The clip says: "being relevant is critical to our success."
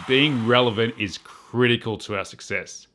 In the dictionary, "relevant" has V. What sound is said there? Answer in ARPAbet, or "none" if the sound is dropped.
V